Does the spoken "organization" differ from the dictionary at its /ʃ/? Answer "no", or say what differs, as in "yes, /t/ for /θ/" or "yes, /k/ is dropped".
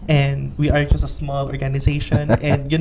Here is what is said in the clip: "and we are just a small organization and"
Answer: no